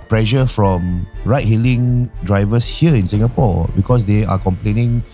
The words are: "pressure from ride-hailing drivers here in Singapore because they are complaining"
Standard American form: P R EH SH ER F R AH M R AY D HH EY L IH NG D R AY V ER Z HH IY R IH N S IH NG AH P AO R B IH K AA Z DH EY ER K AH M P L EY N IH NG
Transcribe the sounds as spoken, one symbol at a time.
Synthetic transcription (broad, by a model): P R EH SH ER F R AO M R AY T HH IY L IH NG D R AY V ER S HH IY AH IH N S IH NG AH P AO B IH K AA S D EY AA K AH M P L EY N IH NG